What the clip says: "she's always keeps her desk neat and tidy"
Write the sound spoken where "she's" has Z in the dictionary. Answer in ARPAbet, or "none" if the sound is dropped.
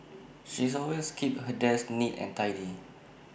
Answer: S